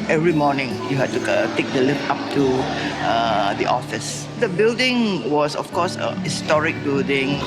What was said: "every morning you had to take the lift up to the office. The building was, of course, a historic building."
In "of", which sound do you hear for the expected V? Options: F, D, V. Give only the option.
F